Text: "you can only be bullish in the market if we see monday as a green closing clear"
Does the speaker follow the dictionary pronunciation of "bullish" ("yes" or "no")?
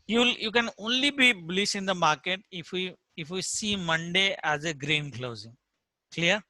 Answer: no